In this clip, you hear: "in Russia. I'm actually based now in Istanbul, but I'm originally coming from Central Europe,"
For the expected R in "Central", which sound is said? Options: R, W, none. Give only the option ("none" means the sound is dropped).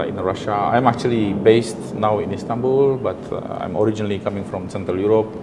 R